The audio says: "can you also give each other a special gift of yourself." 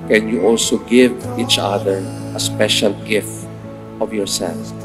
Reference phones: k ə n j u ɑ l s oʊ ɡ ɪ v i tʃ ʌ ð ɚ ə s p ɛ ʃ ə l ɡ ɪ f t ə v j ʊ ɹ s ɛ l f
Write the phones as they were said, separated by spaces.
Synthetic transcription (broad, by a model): k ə n j u ɑ l s oʊ ɡ ɪ v i tʃ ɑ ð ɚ ə s p ɛ ʃ ə l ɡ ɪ f ə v j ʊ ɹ s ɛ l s